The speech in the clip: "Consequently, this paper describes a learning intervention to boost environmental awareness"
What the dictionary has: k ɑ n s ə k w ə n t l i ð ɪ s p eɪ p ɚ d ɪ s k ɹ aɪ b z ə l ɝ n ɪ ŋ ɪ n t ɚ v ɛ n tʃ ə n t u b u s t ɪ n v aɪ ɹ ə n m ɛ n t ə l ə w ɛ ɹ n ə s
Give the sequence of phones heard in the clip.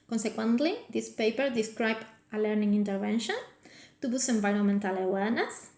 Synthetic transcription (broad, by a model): k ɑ n s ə k w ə n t l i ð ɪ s p eɪ p ɚ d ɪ s k ɹ aɪ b ə l ɝ n ɪ ŋ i n t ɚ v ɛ n ʃ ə n t u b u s ɪ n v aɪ ɹ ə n m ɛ n t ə l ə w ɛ ɹ n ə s